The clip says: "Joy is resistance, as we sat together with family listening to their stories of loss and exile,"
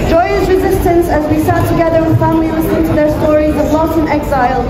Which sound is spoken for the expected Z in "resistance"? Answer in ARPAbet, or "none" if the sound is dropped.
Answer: Z